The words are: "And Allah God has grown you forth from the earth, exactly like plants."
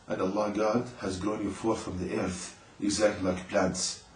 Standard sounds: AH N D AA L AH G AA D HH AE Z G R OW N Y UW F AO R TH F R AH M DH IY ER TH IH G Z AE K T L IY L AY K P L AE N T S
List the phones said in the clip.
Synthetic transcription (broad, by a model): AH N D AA L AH G AA D HH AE Z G R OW N Y UW F AO R TH F R AH M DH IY ER TH IH G Z AE K T L IY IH K P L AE N T S